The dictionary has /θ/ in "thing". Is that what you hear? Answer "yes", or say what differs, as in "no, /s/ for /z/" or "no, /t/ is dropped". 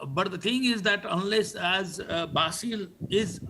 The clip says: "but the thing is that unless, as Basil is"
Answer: no, /t/ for /θ/